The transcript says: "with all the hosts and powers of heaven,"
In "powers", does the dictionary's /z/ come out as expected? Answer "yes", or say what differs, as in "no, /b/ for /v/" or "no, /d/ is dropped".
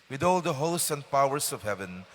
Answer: no, /s/ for /z/